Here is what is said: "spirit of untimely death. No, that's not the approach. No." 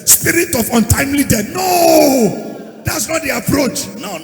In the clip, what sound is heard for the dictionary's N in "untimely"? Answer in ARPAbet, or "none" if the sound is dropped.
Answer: N